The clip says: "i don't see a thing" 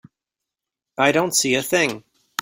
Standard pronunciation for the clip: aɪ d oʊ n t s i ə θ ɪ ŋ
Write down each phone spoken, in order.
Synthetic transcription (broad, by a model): aɪ d oʊ n t s i ə θ ɪ ŋ